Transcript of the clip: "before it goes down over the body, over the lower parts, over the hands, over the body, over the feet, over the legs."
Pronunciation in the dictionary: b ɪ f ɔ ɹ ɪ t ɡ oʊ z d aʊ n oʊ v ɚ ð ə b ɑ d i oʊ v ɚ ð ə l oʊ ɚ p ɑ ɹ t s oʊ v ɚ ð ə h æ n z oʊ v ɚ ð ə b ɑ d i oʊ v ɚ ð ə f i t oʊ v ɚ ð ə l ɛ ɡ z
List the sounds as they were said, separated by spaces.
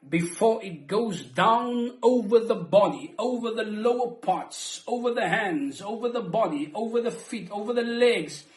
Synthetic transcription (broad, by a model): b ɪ f ɔ ɹ ɪ t ɡ oʊ z d aʊ n oʊ v ɚ ð ə b ɑ d i oʊ v ɚ ð ə l oʊ ɚ p ɑ ɹ t s oʊ v ɚ ð ə h æ n z oʊ v ɚ ð ə b ɑ d i oʊ v ɚ ð ə f i t oʊ v ɚ ð ə l ɛ ɡ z